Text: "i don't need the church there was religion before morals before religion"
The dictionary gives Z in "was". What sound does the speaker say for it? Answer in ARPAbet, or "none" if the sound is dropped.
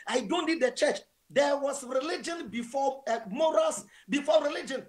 S